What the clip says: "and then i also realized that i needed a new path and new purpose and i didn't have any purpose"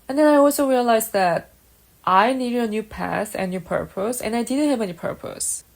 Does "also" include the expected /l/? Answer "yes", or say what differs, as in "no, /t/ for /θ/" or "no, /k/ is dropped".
yes